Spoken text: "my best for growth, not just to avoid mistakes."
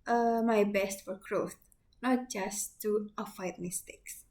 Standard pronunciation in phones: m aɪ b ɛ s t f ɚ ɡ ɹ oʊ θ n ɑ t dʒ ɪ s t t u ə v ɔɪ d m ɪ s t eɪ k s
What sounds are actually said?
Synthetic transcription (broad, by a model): m aɪ b ɛ s t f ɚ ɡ ɹ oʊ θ n ɑ t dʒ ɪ s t t u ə f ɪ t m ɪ s t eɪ k s